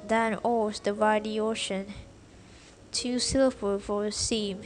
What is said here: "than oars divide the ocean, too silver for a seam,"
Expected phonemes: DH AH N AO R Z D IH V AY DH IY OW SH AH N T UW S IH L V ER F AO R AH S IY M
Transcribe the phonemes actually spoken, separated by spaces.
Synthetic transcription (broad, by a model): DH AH N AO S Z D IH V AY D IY OW SH AH N T UW S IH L ER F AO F AH S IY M